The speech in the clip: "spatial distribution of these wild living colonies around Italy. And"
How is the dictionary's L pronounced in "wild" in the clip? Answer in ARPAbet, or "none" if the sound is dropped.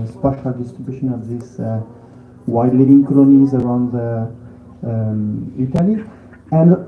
none